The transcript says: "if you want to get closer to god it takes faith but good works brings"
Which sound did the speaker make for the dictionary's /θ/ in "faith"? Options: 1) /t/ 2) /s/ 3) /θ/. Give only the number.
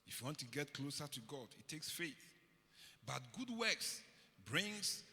3